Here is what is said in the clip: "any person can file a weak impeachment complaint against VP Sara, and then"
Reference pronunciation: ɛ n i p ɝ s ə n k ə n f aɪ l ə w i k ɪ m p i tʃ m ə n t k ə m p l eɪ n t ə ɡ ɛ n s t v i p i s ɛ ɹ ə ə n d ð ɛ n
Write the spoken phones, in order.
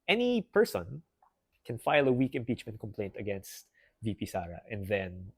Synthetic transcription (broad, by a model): ɛ n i p ɝ s ə n k ə n f aɪ l ə w i k ɪ m p i tʃ m ə n t k ə m p l eɪ n t ə ɡ ɛ n s t v i p i s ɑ ɹ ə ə n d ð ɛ n